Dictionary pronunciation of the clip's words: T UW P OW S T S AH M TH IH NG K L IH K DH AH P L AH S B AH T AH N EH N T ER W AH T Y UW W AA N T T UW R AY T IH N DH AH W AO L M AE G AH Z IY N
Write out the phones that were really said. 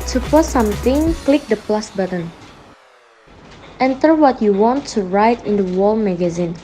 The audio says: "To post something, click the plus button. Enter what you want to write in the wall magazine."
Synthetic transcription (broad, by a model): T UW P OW T S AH M T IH NG K L IH K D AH P L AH S B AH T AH N EH N T ER W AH T Y UW W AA N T T UW R AY T IH N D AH W AO L M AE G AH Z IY N